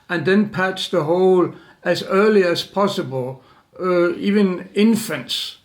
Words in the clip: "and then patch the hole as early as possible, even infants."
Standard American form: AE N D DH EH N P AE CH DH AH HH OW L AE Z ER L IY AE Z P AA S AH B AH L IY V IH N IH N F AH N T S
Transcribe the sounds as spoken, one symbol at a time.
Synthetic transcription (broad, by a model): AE N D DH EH N P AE S DH AH HH OW L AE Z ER L IY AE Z P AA S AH B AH L IY V IH N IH N F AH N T S